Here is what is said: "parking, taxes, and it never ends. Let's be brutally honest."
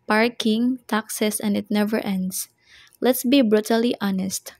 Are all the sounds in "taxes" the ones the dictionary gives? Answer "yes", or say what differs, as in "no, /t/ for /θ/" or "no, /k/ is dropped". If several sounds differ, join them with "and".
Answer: no, /s/ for /z/